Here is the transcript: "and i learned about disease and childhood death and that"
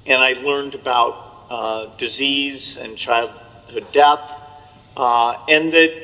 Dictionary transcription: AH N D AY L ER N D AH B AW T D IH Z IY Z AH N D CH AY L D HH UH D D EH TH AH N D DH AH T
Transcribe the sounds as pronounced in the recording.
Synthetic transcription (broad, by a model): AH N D AY L ER N D AH B AW T D IH Z IY Z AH N CH AY L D HH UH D D EH TH AH N D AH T